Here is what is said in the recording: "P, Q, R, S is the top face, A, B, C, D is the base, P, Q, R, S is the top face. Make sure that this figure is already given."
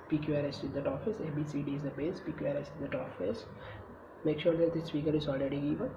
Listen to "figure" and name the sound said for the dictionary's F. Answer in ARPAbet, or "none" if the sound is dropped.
P